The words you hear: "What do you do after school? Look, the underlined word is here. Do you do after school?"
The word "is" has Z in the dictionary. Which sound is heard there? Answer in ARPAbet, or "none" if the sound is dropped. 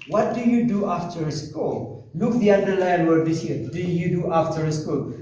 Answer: S